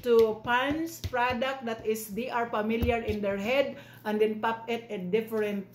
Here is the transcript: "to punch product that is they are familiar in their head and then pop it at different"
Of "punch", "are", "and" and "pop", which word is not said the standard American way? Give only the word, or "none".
punch